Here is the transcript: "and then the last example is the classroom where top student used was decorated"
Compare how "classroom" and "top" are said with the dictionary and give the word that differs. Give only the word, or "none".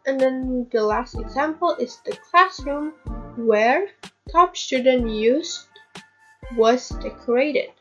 none